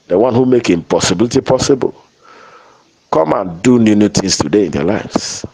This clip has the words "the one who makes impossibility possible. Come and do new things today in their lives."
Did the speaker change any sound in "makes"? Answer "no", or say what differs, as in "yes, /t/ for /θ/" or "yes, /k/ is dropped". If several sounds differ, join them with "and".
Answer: yes, /s/ is dropped